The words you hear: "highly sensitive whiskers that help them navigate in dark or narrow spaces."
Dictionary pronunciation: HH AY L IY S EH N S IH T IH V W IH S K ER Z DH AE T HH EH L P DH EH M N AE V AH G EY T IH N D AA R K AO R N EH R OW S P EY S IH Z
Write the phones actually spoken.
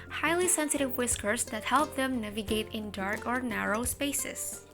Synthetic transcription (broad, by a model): HH AY L IY S EH N S IH T IH V W IH S K ER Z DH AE T HH EH L P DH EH M N AE V AH G EY T IH N D AA R K AO R N EH R OW S P EY S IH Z